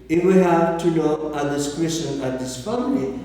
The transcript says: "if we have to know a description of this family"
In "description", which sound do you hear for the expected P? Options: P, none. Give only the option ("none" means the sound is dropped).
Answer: none